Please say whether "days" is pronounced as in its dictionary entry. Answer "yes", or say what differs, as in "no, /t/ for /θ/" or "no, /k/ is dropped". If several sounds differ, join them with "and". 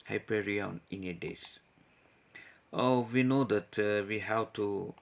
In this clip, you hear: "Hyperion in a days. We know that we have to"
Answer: no, /s/ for /z/